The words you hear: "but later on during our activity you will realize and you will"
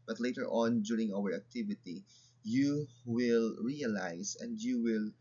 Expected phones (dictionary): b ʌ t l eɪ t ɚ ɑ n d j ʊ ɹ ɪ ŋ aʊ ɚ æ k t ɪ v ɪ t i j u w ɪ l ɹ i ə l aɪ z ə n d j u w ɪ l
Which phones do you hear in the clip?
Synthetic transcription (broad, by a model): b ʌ t l eɪ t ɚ ɑ n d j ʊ ɹ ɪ ŋ aʊ ɚ æ k t ɪ v ɪ t i j u w ɪ l ɹ i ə l aɪ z ə n d j u w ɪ l